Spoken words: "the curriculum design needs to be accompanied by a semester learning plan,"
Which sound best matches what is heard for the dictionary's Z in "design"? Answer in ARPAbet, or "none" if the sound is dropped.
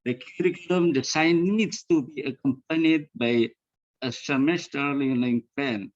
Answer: S